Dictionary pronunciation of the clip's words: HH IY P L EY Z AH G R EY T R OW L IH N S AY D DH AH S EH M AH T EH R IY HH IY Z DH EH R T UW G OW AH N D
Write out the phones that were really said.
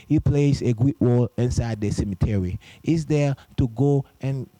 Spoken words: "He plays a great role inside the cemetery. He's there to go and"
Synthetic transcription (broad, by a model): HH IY P L EY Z AH G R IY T W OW L IH N S AY D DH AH S EH M AH T EH R IY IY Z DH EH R T UW G OW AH N